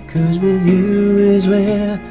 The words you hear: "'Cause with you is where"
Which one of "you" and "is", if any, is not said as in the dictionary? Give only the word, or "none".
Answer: none